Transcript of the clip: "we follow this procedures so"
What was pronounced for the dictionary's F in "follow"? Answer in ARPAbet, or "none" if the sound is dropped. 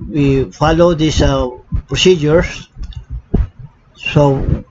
F